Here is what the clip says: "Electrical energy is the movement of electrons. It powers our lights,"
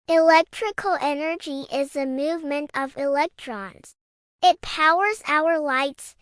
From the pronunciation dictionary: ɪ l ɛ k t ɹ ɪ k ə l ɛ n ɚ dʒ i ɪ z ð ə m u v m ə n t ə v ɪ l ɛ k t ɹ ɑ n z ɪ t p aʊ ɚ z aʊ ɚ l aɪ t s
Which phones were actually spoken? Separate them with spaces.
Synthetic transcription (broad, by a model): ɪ l ɛ k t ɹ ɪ k l ɛ n ɚ dʒ i ɪ z ð ə m u v m ə n t ə v ɪ l ɛ k t ɹ ɑ n z ɪ t p aʊ ɚ z aʊ ɚ l aɪ t s